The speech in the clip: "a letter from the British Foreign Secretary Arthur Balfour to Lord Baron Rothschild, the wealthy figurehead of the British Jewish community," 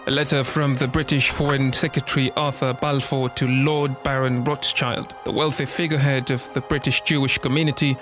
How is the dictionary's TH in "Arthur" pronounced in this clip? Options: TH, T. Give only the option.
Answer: TH